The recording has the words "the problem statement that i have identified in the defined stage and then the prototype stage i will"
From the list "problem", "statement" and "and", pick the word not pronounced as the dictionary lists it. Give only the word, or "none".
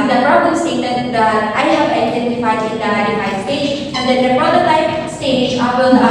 statement